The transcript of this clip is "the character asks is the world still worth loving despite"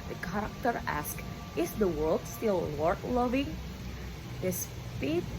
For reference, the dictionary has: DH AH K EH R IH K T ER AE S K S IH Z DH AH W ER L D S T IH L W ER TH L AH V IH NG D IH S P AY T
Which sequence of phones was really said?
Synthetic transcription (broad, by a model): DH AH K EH R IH K T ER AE S K IH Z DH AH W ER L D S T IH L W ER T L AH V IH NG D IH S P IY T